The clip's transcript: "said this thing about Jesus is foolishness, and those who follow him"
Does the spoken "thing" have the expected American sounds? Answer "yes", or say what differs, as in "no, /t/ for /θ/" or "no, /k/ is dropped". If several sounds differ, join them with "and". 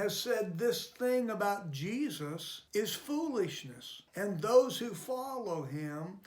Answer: yes